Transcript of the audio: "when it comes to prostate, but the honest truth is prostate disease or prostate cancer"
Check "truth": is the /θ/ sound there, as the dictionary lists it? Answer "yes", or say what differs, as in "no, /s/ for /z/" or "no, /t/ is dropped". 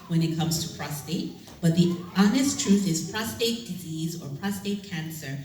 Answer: yes